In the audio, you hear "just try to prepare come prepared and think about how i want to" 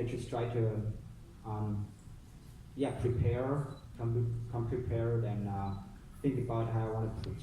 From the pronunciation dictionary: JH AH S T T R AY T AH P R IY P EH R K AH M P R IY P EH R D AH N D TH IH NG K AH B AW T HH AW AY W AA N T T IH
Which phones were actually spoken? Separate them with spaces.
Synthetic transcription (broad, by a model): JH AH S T T R AY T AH P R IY P EH R K AH M P R IY P EH R D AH N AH TH IH NG K AH B AW T HH AW AY W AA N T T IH